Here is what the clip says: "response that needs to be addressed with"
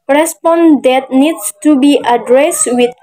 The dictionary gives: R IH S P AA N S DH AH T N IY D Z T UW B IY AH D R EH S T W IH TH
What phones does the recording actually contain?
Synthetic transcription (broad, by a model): R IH S P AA N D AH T N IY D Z T UW B IY AH D R EH S T W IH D